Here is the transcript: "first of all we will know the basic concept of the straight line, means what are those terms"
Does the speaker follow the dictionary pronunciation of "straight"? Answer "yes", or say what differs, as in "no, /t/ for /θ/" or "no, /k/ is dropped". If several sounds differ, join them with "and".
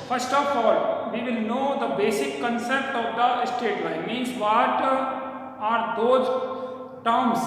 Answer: no, /ɹ/ is dropped